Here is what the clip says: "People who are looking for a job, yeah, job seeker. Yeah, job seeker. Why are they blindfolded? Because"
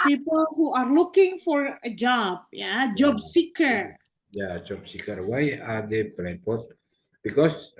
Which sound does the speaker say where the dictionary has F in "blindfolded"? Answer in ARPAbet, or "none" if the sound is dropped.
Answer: none